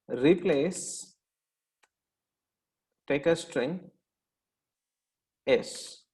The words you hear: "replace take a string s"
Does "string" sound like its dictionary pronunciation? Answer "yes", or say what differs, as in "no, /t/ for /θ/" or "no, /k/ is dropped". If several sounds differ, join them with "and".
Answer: yes